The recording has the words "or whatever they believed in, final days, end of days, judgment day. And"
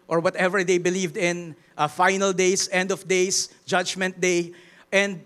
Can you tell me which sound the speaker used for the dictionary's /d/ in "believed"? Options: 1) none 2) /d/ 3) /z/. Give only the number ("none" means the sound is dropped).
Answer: 2